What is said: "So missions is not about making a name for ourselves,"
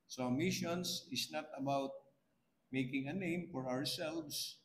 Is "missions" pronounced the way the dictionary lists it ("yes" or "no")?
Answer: no